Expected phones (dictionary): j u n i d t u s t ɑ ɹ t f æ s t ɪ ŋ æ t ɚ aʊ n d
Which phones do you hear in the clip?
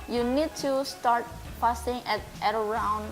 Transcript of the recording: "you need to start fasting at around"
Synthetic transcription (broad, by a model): j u n i d t u s t ɑ ɹ t p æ s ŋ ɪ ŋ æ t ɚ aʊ n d